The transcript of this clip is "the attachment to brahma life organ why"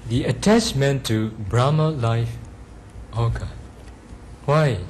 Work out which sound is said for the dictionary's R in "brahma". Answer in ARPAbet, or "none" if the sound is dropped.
R